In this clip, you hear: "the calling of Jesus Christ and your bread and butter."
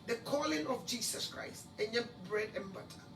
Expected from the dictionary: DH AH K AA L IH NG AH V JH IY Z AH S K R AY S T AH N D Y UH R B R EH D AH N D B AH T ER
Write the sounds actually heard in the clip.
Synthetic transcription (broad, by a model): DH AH K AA L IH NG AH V JH IY S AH S K R AY S T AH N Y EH B R EH D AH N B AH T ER